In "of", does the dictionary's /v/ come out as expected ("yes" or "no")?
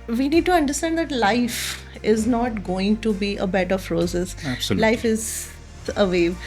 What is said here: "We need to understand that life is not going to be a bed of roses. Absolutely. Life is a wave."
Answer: no